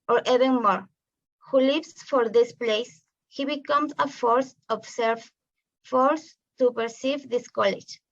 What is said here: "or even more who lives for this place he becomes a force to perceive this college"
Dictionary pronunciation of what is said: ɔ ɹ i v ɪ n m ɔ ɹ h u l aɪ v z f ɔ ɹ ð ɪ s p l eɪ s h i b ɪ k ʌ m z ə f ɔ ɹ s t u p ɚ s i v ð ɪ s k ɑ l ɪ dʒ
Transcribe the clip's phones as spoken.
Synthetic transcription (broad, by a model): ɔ ɹ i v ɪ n m ɔ ɹ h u l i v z f ɔ ɹ ð ɪ s p l eɪ s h i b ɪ k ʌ m s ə f ɔ ɹ s t u p ɚ s i v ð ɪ s k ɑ l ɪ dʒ